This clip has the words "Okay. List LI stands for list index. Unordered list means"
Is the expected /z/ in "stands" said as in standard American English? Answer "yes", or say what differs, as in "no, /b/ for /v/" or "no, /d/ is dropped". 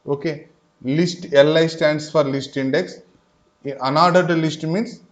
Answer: no, /s/ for /z/